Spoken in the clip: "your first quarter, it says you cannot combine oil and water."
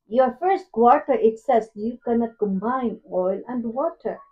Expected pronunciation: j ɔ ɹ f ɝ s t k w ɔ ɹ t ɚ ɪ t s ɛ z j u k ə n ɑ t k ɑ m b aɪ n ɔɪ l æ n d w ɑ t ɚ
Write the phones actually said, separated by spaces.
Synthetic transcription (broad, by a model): j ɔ ɹ f ɝ s t k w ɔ ɹ t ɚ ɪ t s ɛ s j u k ə n ɑ t k ɑ m b aɪ n ɔɪ l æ n d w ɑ t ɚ